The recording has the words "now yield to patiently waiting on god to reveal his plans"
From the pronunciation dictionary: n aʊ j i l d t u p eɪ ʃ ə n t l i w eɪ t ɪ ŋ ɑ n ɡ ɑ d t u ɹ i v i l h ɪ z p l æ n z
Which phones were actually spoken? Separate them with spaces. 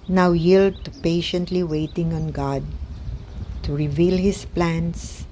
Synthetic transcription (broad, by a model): n aʊ j i l d t u p eɪ ʃ ə n t l i w eɪ t ɪ ŋ ɑ n ɡ ɑ d t u ɹ i v i l h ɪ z p l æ n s